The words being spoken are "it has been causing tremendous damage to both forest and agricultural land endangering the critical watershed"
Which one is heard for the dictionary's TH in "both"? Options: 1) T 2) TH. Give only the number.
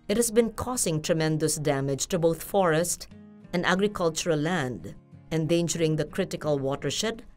1